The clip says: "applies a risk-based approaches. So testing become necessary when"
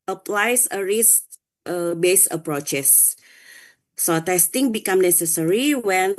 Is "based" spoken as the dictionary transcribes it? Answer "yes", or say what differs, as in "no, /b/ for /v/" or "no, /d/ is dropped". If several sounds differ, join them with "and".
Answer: no, /t/ is dropped